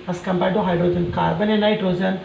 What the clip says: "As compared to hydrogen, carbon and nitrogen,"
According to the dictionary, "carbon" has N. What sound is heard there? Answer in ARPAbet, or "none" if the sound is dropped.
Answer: N